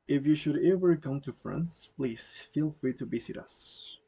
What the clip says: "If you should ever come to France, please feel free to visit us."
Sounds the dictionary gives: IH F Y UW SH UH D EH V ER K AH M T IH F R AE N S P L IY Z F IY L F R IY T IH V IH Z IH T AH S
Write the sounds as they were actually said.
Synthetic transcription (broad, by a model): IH F Y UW SH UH D EH V ER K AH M T IH F R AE N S P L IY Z F IY L F R IY T IH B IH S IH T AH S